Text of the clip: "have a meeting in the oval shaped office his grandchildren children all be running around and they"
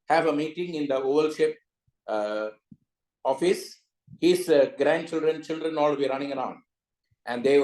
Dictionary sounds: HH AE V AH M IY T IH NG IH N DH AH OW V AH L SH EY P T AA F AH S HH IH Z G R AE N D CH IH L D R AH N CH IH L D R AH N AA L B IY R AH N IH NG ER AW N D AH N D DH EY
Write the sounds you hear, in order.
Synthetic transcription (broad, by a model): HH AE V AH M IY T IH NG IH N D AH OW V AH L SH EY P AA F AH S HH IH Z G R AE N D CH IH L D R AH N CH IH L D R AH N AA L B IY R AH N IH NG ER AW N D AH N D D EY